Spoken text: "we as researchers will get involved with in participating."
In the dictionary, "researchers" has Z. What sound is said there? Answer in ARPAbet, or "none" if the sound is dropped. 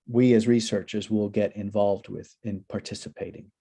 Z